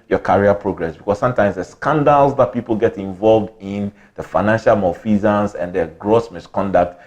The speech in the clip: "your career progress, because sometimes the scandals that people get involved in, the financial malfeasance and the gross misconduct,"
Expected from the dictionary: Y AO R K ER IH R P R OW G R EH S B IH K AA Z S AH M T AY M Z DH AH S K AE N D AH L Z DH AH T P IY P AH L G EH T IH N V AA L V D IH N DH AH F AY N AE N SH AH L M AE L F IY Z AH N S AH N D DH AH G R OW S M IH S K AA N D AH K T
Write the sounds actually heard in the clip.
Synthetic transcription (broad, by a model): Y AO K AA R P R OW G R EH S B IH K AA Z S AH M T AY M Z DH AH S K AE N D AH L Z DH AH T P IY P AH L G EH T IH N V AA L V D IH N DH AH F AY N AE N SH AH L M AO F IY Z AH N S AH N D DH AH G R OW S M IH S K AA N D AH K T